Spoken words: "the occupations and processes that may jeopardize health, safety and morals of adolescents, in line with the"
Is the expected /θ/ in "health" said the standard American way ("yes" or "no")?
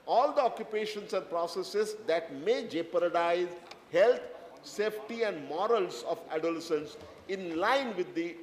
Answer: no